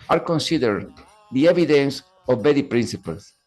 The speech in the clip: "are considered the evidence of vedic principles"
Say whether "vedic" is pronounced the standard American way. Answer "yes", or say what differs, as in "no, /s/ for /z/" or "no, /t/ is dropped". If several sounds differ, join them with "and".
no, /b/ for /v/